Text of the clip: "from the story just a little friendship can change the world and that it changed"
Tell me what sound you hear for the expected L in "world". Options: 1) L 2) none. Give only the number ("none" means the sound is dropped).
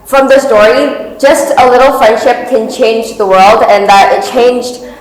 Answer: 1